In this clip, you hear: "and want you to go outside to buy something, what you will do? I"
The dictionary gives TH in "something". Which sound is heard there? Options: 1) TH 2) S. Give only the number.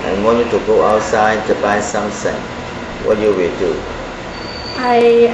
2